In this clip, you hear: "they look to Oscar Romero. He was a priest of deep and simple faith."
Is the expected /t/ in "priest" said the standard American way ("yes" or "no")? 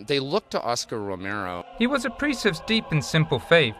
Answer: no